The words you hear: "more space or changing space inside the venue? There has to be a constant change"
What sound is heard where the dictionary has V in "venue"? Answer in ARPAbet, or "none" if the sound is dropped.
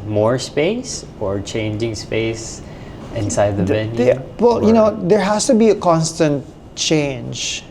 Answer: W